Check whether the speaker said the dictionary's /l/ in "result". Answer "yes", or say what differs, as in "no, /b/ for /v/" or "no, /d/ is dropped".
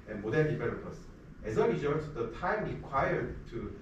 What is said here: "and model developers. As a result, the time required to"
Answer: no, /l/ is dropped